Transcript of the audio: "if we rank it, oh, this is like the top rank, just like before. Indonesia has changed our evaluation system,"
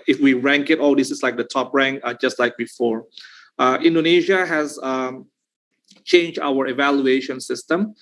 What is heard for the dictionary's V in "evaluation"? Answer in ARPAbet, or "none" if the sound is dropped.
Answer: V